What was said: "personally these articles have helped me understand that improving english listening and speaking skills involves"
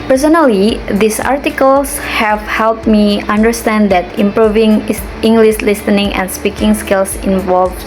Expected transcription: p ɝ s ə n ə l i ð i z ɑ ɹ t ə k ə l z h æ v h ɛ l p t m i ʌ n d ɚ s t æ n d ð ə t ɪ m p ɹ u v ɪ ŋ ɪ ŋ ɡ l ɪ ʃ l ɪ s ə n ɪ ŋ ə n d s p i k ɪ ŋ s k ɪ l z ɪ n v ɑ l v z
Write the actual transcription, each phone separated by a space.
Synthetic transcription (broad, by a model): p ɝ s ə n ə l i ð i s ɑ ɹ t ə k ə l s h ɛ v h ɛ l p t m i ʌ n d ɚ s t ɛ n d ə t ɪ m p ɹ u v ɪ ŋ ɪ ŋ ɡ l ɪ ʃ l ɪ s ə n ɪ ŋ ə n s p i k ɪ ŋ s k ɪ l s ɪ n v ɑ l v